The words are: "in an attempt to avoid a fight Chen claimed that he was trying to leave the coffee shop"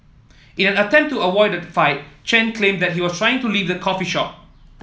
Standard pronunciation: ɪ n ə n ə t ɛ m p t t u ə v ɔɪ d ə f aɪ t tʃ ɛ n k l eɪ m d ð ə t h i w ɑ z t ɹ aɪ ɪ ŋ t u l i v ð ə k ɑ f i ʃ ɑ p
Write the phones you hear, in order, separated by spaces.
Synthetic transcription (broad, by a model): ɪ n ə n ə t ɛ m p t t u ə w ɔɪ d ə f aɪ t tʃ ɛ n k l eɪ m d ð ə t h i w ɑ s t ɹ aɪ ɪ ŋ t u l i v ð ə k ɑ f i ʃ ɑ p